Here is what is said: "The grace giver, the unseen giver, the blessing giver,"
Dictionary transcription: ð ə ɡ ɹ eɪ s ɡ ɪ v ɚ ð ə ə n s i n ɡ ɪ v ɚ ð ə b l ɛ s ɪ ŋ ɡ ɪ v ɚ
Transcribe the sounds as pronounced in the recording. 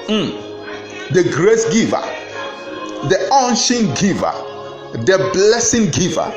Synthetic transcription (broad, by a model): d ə ɡ ɹ eɪ s ɡ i v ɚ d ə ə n ʃ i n ɡ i v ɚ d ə b l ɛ s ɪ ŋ ɡ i v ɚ